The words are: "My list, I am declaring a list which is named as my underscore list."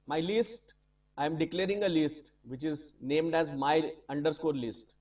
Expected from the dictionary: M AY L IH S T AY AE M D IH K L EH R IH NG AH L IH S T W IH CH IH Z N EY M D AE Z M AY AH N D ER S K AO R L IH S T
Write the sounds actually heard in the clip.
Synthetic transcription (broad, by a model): M AY L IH S T AY M D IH K L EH R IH NG AH L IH S T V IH CH IH Z N EY M D AE Z M AY AH N D ER S K AO R L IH S T